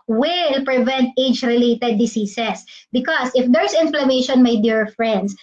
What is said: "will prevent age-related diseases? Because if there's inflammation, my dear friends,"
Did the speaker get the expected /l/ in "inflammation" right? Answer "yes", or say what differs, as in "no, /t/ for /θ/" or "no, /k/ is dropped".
yes